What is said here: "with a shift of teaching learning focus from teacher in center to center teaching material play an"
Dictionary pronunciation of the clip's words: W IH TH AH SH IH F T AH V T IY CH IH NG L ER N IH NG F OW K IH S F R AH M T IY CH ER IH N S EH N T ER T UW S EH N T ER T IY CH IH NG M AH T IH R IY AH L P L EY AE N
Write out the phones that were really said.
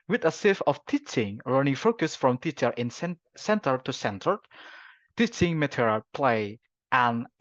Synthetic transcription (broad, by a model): W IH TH AH S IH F AH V T IY CH IH NG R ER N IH NG F OW K IH S F R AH M T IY CH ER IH N S EH N T ER T UW S EH N T ER T IY CH IH NG M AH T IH R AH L P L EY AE N